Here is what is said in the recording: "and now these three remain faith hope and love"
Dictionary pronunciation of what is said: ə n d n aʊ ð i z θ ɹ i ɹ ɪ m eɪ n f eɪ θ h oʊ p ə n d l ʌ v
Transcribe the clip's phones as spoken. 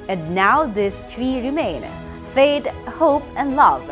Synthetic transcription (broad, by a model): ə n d n aʊ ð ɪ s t ɹ i ɹ ɪ m eɪ n f eɪ t h oʊ p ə n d l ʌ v